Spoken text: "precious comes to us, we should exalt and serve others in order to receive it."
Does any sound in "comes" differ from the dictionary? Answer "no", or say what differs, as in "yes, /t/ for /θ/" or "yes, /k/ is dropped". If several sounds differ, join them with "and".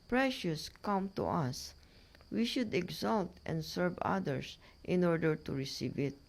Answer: yes, /z/ is dropped